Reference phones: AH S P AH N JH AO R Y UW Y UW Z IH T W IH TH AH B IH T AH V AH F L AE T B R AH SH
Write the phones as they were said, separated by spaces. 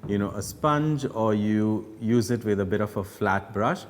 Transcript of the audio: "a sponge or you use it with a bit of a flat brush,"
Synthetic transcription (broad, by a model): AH S P AH N JH AO R Y UW Y UW Z IH T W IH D AH B IH T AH F AH F L AE T B R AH SH